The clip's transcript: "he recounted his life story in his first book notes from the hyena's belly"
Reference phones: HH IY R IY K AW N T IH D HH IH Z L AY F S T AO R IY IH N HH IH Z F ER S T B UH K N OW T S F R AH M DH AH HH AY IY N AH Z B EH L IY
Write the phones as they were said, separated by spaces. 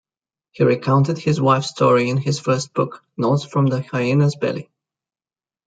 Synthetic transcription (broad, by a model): HH IY R IY K AW N T IH D HH IH Z W AY F S T AO R IY IH N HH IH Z F ER S T B UH K N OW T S F R AH M DH AH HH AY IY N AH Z B EH L IY